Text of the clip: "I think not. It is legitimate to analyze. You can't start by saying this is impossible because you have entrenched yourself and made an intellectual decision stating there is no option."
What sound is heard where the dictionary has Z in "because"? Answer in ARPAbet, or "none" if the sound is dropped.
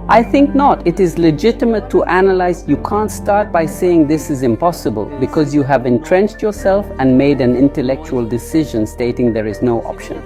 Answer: Z